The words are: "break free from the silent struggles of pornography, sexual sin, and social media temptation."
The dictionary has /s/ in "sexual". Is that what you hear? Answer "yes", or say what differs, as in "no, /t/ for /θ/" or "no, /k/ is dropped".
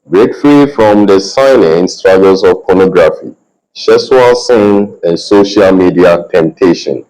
no, /ʃ/ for /s/